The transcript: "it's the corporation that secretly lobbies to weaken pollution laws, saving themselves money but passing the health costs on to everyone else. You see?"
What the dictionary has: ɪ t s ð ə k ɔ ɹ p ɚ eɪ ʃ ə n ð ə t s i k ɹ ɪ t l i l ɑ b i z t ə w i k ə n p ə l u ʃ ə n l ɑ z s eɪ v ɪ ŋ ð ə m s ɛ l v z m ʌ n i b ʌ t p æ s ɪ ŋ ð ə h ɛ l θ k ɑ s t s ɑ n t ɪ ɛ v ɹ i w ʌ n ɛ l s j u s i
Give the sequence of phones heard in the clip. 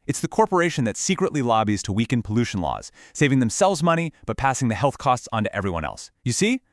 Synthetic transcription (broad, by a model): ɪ t s ð ə k ɔ ɹ p ɚ eɪ ʃ ə n ð ə t s i k ɹ ɪ t l i l ɑ b i z t ə w i k ə n p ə l u ʃ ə n l ɑ z s eɪ v ɪ ŋ ð ə m s ɛ l v z m ʌ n i b ʌ t p æ s ɪ ŋ ð ə h ɛ l θ k ɑ s t s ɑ n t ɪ ɛ v ɹ i w ʌ n ɛ l s j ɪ s i